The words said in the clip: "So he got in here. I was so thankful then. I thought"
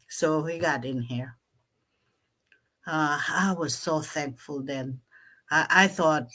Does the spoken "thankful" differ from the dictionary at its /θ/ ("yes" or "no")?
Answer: no